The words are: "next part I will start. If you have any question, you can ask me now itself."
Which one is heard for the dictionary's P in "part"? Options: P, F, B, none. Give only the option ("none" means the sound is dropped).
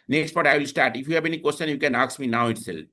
B